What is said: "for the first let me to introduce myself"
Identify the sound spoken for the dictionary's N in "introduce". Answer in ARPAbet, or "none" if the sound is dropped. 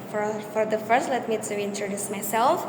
N